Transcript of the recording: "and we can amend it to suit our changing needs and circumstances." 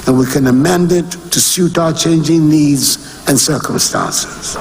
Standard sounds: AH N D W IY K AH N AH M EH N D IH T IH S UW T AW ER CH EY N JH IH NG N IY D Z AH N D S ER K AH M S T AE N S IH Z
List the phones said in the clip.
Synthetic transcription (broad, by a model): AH N W IY K AH N AH M EH N D IH T IH S UW T AW ER CH EY N JH IH NG N IY D Z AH N S ER K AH M S T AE N S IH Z